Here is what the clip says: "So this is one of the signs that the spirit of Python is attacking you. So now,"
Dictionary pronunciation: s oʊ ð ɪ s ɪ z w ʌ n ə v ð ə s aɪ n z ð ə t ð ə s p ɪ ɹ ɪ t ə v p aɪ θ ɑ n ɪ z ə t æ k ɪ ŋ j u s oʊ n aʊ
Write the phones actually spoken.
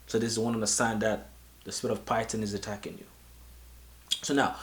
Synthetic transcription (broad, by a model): s oʊ ð ɪ s ɪ z w ʌ n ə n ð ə s aɪ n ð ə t ð ə s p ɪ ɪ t ə v p aɪ t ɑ n ɪ z ə t æ k ɪ ŋ j u s oʊ n aʊ